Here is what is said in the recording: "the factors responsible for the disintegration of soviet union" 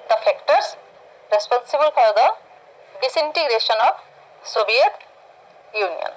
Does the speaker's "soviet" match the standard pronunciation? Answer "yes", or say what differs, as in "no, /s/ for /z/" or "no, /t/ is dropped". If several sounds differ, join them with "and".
no, /b/ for /v/